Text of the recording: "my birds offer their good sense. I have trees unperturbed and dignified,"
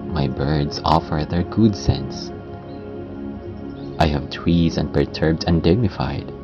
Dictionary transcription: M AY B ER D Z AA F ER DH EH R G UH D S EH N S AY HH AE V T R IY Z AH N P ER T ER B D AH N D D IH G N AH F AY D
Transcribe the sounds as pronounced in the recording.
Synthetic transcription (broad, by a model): M AY B ER D Z AA F ER DH EH R G UH D S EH N S AY HH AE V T W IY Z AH N P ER T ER B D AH N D D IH G N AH F AY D